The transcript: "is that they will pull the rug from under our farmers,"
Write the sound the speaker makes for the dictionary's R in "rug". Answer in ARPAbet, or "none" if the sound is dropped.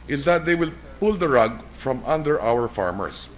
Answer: R